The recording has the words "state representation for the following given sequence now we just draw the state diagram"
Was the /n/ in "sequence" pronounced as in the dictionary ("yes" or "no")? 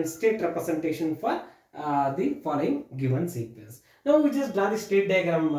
no